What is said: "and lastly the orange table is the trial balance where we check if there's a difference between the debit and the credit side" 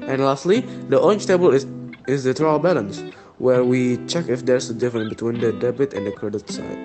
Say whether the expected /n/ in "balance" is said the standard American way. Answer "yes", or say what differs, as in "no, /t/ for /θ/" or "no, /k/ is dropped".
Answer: yes